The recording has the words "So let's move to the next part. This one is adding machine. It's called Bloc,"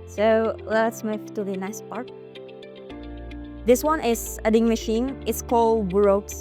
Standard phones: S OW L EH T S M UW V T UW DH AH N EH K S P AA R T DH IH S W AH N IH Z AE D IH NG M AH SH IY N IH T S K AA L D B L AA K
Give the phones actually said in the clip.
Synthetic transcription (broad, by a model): S OW L EH T S M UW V T UW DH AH N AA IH S P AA R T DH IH S W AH N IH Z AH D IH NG M AH SH IY N IH T S K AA L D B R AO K